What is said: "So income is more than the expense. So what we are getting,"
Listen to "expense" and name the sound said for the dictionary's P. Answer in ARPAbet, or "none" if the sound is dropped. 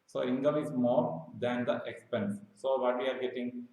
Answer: P